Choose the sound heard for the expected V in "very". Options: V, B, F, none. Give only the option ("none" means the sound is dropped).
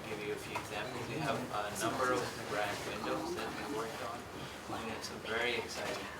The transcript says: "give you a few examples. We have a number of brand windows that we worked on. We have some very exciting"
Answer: V